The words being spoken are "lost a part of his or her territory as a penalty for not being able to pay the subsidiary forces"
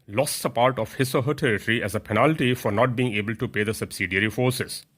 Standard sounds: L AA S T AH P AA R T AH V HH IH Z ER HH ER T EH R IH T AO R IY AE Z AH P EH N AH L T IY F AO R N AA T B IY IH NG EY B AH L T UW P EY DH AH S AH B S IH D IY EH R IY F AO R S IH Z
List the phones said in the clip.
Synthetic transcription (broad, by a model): L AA S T AH P AA R T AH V HH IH S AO HH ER T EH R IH T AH R IY AE Z AH P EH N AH L T IY F AO R N AA T B IY IH NG EY B AH L T UW P EY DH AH S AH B S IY D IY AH R IY F AO R S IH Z